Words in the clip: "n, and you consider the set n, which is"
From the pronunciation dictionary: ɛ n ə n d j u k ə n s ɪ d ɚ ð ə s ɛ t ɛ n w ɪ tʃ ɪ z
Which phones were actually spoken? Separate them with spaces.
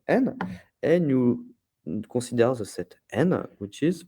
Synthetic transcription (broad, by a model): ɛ n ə n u k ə s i d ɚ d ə s ɛ t ɛ n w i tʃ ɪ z